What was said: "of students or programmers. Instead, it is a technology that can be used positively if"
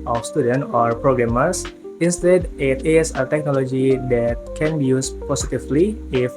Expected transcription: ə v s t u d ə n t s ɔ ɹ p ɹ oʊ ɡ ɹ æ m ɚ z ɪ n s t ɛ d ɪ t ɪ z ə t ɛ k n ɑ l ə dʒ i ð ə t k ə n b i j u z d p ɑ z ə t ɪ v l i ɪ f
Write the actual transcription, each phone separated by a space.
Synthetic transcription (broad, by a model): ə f s t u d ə n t ɔ ɹ p ɹ oʊ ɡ ɹ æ m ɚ s ɪ n s t ɛ d ɪ t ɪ s ə t ɛ k n ɑ l ə dʒ i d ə t k ə n b i j u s p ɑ s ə t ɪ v l i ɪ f